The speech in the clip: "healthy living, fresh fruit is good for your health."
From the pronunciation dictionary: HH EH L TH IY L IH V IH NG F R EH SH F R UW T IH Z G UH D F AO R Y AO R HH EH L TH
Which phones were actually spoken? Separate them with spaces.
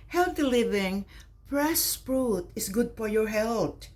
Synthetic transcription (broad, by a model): HH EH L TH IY L IH V IH NG P R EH S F R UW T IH S G UH D F AO R Y AO R HH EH L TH